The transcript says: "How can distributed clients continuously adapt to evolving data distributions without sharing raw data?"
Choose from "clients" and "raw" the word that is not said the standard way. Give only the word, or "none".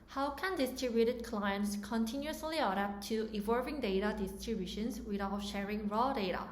none